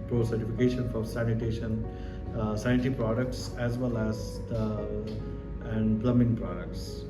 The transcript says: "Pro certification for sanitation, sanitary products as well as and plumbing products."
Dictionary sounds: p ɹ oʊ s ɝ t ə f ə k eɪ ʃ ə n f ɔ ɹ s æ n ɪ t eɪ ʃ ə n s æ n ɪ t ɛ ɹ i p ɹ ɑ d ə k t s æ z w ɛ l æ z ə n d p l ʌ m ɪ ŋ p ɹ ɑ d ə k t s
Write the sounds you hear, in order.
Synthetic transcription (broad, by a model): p ɹ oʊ s ɝ t ə f ə k eɪ ʃ ə n f ɔ ɹ s æ n ɪ t eɪ ʃ ə n s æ ɪ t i p ɹ ɑ d ə k t s æ z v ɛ l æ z ə n d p l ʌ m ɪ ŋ p ɹ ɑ d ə k t s